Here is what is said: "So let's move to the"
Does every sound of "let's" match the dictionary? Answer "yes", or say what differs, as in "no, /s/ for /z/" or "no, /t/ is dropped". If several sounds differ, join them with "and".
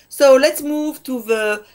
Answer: yes